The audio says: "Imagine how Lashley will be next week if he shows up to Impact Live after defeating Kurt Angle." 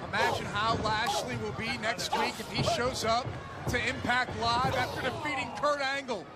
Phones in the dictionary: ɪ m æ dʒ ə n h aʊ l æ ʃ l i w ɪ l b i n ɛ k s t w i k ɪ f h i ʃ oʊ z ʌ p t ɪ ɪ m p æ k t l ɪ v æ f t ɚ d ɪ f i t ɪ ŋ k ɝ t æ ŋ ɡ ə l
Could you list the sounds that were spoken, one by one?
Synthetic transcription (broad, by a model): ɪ m æ dʒ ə n h aʊ l æ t l i w ɪ l b i n ɛ k s t w i k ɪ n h i ʃ oʊ z ʌ p t ɪ ɪ m p æ k t l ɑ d æ f t ɚ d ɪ f i t ɪ ŋ k ɝ t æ ŋ ɡ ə l